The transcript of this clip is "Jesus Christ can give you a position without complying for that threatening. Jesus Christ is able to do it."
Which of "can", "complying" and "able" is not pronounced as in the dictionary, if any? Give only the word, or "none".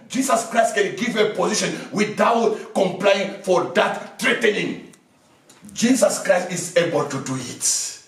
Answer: none